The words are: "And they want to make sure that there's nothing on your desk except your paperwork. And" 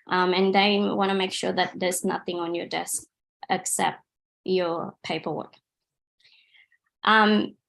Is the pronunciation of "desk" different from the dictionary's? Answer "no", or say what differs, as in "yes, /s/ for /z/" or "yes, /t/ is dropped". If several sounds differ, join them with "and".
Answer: no